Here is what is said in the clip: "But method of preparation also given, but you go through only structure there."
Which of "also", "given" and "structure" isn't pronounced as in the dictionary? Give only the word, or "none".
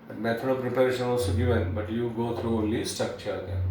structure